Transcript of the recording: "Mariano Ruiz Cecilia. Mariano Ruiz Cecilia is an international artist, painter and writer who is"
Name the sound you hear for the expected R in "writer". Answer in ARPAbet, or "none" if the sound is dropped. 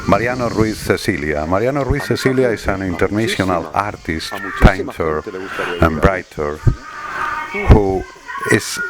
R